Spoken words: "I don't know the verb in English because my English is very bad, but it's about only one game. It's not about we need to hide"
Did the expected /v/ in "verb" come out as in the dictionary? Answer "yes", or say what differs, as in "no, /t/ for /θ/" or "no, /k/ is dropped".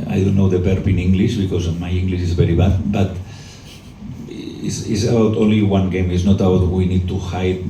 no, /b/ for /v/